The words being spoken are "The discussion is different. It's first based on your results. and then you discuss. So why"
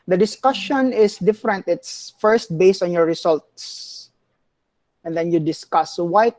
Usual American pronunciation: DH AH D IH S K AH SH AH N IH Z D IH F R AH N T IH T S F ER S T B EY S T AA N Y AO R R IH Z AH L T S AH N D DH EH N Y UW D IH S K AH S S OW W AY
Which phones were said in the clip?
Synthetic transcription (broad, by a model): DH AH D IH S K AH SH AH N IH S D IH F R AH N T IH T S F ER S T B EY S T AA N Y AO R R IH S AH L T S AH N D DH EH N Y UW D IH S K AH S S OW W AY